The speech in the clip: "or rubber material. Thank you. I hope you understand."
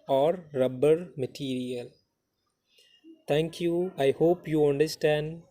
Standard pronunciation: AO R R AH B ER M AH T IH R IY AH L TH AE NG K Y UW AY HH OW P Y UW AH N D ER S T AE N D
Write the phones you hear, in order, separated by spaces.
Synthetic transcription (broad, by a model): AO R R AH B ER M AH T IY R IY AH L T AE NG K Y UW AY HH OW P Y UW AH N D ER S T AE N D